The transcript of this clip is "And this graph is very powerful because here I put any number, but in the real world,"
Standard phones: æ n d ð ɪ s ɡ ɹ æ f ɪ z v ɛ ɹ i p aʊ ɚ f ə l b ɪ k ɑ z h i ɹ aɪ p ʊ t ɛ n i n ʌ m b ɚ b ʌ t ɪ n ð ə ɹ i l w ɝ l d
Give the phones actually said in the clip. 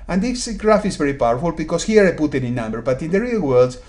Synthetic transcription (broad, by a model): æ n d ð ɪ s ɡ ɹ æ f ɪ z v ɛ ɹ i p aʊ ɚ f ə l b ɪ k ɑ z h i ɹ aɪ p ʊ t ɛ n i n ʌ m b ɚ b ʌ t ɪ n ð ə ɹ i l w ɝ l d